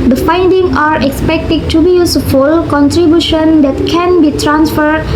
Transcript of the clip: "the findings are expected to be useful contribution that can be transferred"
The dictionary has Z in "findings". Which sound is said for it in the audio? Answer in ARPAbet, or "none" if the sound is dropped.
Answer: none